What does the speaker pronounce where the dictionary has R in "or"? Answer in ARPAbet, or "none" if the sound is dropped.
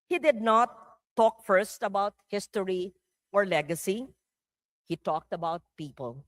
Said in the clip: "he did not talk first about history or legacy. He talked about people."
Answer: R